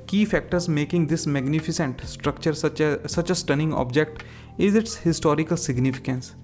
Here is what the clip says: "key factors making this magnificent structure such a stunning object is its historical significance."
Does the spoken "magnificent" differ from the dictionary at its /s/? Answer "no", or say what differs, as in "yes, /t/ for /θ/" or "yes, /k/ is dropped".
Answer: no